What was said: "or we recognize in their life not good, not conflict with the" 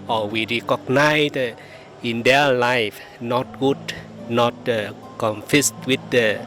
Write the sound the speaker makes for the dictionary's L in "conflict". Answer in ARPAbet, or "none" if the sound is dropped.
none